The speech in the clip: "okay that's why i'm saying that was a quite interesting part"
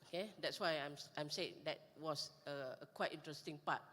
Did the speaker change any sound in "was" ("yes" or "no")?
yes